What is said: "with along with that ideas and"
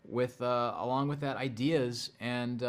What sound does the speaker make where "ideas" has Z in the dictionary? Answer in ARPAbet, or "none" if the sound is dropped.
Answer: Z